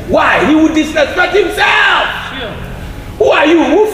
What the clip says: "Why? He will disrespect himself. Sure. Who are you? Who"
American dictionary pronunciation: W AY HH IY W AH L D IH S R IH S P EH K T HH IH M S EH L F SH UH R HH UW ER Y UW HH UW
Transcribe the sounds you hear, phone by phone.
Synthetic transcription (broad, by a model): W AY HH IY W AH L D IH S IH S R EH T HH IH M S EH L F HH UW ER Y UW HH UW